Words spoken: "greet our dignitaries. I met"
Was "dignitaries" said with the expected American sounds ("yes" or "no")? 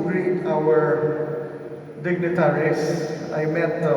no